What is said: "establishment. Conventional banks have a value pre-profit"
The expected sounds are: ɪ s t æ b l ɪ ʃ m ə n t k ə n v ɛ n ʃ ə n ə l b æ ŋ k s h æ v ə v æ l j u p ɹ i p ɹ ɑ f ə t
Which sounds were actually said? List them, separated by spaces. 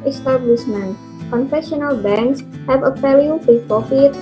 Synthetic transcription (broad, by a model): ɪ s t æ b l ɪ ʃ m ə n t k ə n f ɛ ʃ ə n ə l b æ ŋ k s h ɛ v ə f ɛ l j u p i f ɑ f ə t